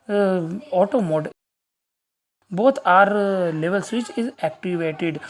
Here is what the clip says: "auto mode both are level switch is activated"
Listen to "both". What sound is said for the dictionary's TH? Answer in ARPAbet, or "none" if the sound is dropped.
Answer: T